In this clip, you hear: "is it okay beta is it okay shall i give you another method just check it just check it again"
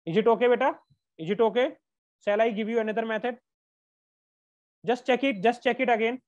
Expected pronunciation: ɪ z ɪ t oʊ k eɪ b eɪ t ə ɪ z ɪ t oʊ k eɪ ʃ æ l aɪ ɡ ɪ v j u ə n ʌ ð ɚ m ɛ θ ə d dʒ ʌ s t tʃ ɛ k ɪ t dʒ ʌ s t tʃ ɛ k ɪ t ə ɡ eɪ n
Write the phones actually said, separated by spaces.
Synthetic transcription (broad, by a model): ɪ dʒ ɪ t oʊ k eɪ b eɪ t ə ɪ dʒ ɪ t oʊ k eɪ s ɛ l aɪ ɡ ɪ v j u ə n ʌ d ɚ m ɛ t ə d dʒ ʌ s t tʃ ɛ k ɪ t dʒ ʌ s t tʃ ɛ k ɪ t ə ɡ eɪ n